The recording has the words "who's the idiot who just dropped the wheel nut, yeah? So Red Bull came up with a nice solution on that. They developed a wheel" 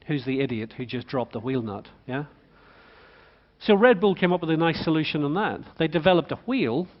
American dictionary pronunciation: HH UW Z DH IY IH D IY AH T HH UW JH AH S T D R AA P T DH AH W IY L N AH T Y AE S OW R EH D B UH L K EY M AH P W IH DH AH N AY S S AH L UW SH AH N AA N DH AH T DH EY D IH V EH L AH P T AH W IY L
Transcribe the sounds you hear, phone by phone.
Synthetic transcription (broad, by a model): HH UW Z DH IY IH D IY AH T HH UW JH AH S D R AA P DH AH W IY L N AH T Y AE S OW R EH D B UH L K EY M AH P W IH DH AH N AY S S AH L UW SH AH N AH N DH AH T DH EY D IH V EH L AH P T AH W IY L